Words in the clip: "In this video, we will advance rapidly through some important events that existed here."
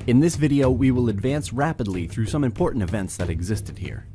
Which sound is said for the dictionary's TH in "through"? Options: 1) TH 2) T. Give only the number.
1